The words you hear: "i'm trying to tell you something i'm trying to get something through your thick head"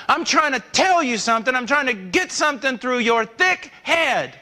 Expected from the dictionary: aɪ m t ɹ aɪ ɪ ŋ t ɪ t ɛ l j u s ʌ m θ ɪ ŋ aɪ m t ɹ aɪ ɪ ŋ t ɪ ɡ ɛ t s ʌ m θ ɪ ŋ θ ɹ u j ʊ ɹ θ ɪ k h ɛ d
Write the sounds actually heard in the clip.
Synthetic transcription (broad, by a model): aɪ m t ɹ aɪ ɪ ŋ t ɪ t ɛ l j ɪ s ʌ m θ ɪ ŋ aɪ m t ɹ aɪ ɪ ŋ t ɪ ɡ ɛ t s ʌ m θ ɪ ŋ θ ɹ u j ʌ ɹ θ ɪ k h ɛ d